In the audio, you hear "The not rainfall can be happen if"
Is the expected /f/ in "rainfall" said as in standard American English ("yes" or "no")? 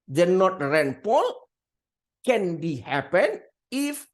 no